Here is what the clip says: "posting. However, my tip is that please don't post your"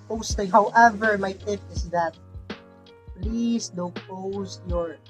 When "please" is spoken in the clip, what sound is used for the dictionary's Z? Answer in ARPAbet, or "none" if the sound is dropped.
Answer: S